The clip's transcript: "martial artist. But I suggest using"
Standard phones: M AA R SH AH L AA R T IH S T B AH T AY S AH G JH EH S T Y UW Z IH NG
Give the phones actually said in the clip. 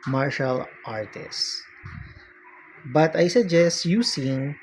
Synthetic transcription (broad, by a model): M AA R SH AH L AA R T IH S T B AH T AY S AH G JH EH S T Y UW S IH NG